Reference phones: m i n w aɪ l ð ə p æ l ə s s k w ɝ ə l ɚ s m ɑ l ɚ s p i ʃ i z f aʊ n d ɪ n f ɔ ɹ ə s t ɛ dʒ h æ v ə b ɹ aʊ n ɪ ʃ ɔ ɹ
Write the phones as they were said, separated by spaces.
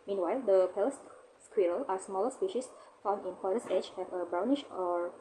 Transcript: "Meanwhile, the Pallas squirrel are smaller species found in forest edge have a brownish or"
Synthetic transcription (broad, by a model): m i n w aɪ l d ə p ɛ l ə s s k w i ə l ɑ s m ɑ l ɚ s p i ʃ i s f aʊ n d ɪ n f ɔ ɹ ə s ɛ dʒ h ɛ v ə b ɹ aʊ n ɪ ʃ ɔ ɹ